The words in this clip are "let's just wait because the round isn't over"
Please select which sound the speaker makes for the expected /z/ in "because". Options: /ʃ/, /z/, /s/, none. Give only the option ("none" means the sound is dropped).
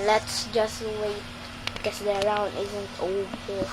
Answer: /s/